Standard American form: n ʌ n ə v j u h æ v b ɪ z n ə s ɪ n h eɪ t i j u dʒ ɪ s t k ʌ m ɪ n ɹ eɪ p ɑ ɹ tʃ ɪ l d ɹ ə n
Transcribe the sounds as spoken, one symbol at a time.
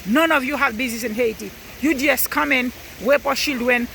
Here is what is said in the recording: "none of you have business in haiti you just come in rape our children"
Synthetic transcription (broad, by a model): n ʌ n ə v j u h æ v b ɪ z n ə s ɪ n h eɪ t i j u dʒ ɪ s k ʌ m ɪ n w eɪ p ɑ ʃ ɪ l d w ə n